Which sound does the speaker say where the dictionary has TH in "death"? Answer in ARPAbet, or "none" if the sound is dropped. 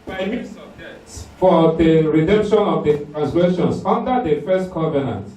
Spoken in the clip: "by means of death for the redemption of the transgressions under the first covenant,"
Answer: S